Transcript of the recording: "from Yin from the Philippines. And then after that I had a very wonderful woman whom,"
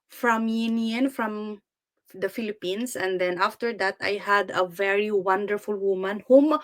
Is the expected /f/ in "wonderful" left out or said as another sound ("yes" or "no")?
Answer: no